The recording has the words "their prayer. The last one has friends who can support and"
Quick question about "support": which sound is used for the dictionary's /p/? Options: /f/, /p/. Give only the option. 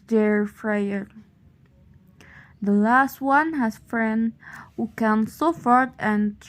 /f/